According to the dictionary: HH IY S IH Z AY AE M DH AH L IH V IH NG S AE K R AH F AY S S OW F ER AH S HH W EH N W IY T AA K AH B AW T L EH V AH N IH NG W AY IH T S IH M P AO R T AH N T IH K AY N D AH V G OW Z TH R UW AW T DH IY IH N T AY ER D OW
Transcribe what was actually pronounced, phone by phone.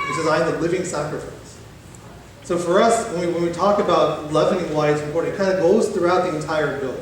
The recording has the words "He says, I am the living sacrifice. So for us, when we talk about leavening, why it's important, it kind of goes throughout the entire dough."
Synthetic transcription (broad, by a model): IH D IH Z AY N DH AH L IH V IH NG S AE K R AH F AY S S OW F ER AH S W W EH N W IY T AA K AH B AW T L EH V AH N IH NG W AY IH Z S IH P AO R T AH T K AY N D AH G OW Z TH R UW AW T DH IY IH N T AY ER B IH